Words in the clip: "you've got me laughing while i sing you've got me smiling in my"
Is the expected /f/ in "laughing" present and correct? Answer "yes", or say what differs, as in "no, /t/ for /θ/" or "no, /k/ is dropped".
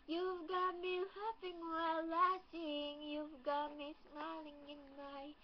no, /p/ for /f/